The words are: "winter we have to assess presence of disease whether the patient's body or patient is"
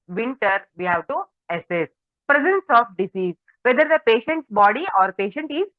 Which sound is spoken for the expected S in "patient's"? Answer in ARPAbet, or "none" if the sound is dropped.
S